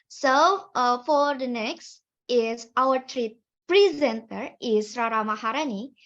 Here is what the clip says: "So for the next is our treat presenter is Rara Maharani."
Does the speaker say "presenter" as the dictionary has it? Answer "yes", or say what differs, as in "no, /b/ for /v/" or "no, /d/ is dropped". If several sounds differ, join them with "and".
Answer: yes